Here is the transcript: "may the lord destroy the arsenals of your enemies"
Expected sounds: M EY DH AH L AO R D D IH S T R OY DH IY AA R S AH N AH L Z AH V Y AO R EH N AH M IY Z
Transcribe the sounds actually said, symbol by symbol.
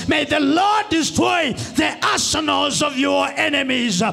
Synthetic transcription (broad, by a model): M EY DH AH L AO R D D IH S T R OY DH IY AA S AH N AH L Z AH V Y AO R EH N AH M IY Z